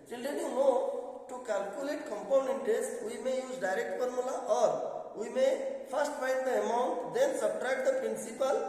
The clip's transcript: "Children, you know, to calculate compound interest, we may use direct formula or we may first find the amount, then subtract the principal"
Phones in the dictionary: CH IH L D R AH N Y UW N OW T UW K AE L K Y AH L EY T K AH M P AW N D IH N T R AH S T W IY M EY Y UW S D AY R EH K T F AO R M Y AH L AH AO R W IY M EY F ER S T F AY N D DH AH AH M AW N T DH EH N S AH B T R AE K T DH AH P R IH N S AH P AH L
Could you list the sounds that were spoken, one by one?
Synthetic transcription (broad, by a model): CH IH L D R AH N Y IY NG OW T UW K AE L K Y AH L EY T K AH M P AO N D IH N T AH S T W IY M EY Y UW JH D AY R EH K T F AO R M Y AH L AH AO R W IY M EY P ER S T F AY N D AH AH M AW N T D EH N S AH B T R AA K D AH P R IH N S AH P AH L